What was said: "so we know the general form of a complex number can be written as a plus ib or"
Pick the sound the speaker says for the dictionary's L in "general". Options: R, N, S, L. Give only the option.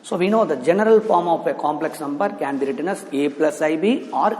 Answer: L